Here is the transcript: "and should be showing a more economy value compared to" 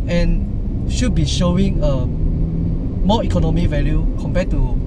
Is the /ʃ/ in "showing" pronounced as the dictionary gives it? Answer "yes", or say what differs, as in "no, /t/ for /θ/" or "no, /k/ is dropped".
yes